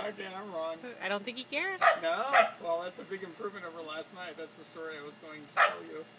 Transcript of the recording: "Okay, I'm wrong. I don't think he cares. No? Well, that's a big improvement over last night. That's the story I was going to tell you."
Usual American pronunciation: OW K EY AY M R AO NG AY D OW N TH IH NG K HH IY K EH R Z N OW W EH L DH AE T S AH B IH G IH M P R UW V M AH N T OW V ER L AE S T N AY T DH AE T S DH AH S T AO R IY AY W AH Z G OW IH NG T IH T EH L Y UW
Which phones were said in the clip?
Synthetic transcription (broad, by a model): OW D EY AY M R AO NG AY D OW N TH IH NG K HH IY K EH R Z N OW W EH L DH AE T S AH B IH G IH M P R UW V M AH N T OW V ER L AE S T N AY T DH AE T S DH AH S T AO R IY AY W AH Z G OW IH NG T IH T EH L Y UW